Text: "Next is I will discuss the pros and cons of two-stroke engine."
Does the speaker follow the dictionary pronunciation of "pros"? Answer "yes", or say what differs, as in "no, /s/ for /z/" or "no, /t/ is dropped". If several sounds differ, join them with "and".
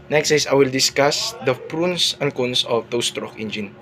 no, /s/ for /z/